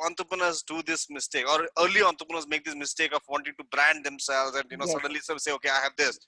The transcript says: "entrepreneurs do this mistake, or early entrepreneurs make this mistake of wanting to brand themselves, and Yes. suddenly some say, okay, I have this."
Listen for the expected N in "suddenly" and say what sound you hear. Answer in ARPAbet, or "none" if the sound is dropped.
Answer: N